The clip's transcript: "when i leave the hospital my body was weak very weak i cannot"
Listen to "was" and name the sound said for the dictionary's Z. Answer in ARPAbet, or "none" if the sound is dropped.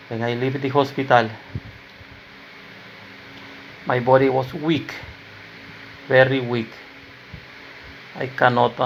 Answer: S